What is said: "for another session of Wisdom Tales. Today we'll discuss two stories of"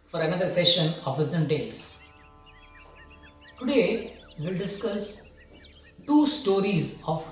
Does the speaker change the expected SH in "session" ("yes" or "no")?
no